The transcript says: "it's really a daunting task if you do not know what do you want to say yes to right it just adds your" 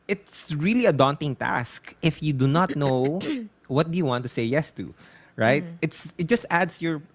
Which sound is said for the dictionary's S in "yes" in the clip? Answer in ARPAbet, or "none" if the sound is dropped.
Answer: S